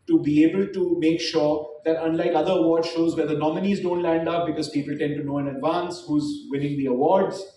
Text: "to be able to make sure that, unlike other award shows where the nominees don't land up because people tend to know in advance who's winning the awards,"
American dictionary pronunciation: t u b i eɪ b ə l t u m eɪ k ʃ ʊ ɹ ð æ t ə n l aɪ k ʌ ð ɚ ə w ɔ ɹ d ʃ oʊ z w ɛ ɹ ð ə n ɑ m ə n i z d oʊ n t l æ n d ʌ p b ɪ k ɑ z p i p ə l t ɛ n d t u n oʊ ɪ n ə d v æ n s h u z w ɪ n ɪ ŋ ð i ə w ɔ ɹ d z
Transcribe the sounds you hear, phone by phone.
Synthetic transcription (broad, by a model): t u b i eɪ b ə l t u m eɪ k ʃ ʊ ɹ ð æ t ə n l aɪ k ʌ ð ɚ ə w ɔ ɹ d ʃ oʊ z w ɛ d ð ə n ɑ m ə n i z d oʊ n t l æ n d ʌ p b ɪ k ɑ z p i p ə l t ɛ n d t u n oʊ ɪ n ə d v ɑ n s h u z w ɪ l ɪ ŋ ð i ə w ɔ ɹ d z